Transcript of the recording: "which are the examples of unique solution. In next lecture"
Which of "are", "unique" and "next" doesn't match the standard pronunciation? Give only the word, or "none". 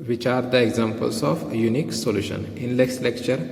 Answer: next